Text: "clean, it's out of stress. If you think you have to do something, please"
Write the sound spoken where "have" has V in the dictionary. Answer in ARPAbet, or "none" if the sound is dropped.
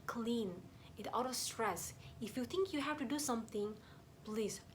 F